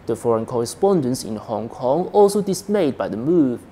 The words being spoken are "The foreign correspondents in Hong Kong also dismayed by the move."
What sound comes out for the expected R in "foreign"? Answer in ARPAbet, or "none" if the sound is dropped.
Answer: R